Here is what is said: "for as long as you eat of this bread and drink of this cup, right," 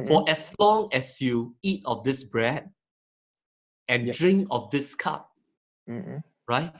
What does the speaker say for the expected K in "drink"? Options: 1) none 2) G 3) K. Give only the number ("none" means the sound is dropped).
3